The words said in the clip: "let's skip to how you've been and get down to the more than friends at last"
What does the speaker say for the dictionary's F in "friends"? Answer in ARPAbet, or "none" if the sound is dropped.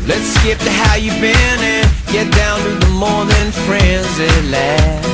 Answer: F